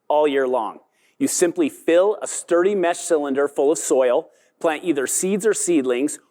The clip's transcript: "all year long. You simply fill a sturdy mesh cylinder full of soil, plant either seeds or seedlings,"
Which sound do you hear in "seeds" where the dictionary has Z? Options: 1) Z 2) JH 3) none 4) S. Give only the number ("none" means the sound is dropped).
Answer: 1